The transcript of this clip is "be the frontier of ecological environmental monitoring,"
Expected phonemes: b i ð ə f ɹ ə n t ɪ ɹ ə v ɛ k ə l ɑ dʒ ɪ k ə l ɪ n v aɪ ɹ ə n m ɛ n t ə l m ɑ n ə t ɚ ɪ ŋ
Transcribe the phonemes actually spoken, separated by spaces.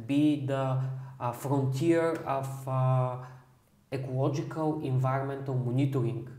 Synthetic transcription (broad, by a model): b i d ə f ɹ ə n t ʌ ɹ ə f ɛ k ə l ɑ dʒ ɪ k ə l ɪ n v aɪ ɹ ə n m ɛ n t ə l m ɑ n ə t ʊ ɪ ŋ